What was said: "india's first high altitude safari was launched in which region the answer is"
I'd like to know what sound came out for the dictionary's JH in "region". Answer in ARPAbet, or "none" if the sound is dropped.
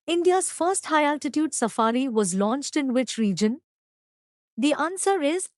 JH